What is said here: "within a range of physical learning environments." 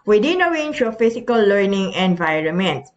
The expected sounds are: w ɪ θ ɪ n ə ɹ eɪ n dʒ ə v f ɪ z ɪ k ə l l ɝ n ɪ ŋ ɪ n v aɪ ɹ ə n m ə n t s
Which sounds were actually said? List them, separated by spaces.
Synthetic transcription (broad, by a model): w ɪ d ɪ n ə w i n ʃ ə f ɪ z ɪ k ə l l ɝ n ɪ ŋ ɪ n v aɪ ɹ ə n m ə n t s